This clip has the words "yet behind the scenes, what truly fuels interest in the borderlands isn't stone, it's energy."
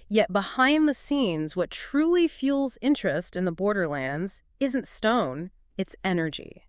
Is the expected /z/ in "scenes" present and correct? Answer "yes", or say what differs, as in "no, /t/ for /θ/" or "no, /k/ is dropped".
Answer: yes